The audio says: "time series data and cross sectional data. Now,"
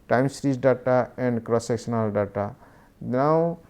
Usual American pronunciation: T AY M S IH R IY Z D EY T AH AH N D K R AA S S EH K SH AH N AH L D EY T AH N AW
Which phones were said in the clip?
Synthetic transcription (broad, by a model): T AY M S R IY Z D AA T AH AH N D K R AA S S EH K S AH N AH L D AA T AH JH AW